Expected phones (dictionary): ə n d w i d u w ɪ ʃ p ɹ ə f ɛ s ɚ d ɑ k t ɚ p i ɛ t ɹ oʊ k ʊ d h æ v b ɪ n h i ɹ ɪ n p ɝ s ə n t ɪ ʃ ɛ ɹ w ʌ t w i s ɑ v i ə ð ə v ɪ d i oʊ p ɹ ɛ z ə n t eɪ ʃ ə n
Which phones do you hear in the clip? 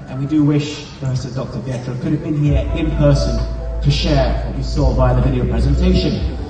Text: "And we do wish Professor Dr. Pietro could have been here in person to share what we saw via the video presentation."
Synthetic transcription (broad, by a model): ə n w i d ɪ w ɪ ʃ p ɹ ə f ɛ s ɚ d ɑ k t ɚ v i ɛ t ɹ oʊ k ʊ d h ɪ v b ɪ n h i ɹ ɪ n p ɝ s ə n t ɪ ʃ ɛ ɹ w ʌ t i s ɑ b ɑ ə ð ə v ɪ d i oʊ p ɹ ɛ z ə n t eɪ ʃ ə n